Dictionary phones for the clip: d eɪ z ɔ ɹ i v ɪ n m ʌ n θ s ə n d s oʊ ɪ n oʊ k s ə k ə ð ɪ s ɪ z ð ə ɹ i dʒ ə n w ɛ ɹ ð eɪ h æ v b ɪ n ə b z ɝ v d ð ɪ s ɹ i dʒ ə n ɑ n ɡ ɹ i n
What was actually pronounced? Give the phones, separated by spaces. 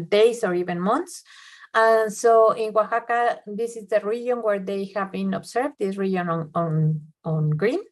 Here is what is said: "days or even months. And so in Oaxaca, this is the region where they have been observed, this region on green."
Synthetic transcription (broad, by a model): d eɪ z ɔ ɹ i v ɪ n m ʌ n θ s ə n s oʊ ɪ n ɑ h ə k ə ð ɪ s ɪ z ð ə ɹ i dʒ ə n w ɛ ɹ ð eɪ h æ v b ɪ n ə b s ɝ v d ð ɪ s ɹ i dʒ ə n ɑ n ɡ ɹ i n